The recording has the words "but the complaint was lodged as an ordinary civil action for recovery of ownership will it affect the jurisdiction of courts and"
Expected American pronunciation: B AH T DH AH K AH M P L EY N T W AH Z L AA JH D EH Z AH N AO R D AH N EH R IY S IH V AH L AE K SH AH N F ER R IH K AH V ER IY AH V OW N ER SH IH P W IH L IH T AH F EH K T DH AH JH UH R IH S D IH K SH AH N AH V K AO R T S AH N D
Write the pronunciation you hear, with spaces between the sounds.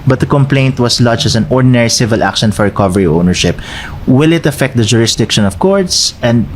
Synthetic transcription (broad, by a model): B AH T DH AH K AH M P L EY N T W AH S L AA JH EH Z AH N AO R D AH N EH R IY S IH V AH L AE K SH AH N F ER R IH K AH V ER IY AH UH N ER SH IH P W IH L IH T AH F EH K T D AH JH UH R IH S D IH K SH AH N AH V K AO R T S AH N D